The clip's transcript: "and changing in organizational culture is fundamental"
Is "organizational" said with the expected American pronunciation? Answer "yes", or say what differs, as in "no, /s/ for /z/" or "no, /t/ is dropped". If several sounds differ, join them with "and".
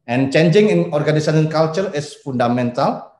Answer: no, /n/ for /l/